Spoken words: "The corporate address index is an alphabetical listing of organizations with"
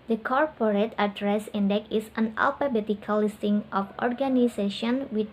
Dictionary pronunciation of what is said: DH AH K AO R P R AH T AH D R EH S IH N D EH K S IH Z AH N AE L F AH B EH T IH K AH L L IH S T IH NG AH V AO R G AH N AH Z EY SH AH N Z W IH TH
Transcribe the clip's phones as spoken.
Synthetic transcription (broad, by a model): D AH K AO R P R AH T AH D R EH S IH N D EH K IH S AH N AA L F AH B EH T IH K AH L L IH S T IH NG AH F AO R G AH N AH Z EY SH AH N W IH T